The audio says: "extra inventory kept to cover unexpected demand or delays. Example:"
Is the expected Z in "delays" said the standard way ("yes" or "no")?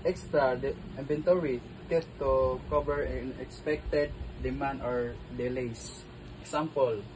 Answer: no